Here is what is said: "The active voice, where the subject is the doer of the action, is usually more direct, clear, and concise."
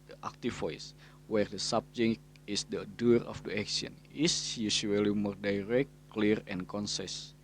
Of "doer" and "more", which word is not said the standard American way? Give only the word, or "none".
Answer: none